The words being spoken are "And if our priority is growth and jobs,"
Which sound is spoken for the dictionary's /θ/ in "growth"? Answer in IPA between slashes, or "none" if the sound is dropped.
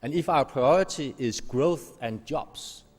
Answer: /θ/